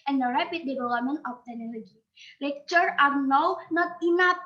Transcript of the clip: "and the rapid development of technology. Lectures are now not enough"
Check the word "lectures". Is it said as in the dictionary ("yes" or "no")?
no